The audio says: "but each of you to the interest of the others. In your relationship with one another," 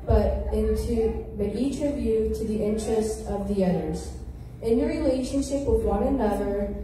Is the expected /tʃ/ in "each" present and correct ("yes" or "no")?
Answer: yes